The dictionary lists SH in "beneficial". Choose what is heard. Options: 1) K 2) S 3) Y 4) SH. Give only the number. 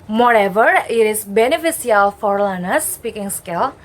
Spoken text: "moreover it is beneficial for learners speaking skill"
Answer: 2